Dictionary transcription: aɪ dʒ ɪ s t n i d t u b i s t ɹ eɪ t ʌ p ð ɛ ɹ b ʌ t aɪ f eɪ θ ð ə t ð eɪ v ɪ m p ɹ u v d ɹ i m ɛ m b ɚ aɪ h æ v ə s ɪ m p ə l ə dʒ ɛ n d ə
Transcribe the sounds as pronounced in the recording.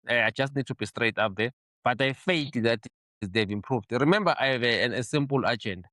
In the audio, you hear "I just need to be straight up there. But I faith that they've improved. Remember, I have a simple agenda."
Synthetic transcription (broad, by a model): aɪ dʒ ɪ s t n i d t u b i s t ɹ eɪ t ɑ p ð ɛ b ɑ t aɪ f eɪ t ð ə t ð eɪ v ɪ m p ɹ u v d ɹ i m ɛ m b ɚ aɪ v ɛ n ə s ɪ m p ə l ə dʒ ɛ n d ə